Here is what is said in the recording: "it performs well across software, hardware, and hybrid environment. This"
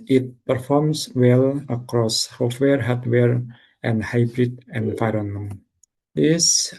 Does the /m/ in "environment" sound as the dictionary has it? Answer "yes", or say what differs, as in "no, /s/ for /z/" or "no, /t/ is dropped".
no, /m/ is dropped